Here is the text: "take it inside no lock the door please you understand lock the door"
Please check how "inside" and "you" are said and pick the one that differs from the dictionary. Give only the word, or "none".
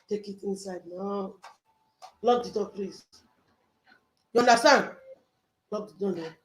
none